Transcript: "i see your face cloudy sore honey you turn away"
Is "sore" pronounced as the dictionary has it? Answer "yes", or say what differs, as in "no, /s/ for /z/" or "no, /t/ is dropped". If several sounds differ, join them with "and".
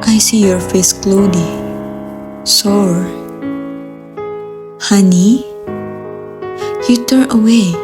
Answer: yes